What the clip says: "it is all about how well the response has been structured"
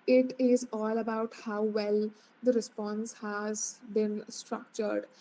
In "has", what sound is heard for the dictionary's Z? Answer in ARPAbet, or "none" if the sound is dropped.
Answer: Z